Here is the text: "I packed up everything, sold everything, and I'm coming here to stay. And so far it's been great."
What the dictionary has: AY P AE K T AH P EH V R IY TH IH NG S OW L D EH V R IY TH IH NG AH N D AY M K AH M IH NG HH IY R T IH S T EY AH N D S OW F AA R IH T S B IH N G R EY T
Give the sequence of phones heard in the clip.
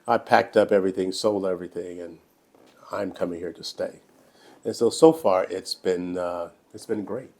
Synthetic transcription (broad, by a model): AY P AE K T AH P EH V R IY TH IH NG S OW L EH V R IY TH IH NG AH N AY M K AH M IH NG HH IY R T IH S T EY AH N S S OW F AA R IH T S B IH N G R EY T